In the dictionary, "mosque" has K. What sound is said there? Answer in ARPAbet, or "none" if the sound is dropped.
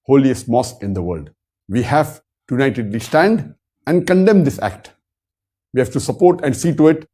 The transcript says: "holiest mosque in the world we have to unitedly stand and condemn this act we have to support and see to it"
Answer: none